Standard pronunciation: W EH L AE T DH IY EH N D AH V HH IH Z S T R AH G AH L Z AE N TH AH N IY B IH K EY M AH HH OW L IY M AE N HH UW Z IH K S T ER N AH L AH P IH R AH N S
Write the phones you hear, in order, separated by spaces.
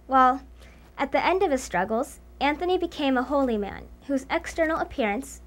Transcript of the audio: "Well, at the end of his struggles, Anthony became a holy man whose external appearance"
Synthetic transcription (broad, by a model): W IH L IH T DH IY EH N D AH V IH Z S T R AH G L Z AE N TH AH N IY B IH K EY M AH HH OW L IY M AE N HH UW Z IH K S T ER N L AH P IH R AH N S